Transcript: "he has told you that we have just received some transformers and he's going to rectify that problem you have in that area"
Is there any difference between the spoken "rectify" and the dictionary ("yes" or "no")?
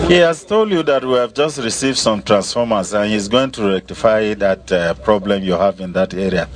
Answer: no